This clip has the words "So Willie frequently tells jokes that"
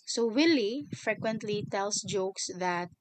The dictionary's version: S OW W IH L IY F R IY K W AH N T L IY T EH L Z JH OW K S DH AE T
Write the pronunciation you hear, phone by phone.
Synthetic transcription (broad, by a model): S OW W IH L IY F R IY K W AH N T L IY T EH L S JH OW K S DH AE T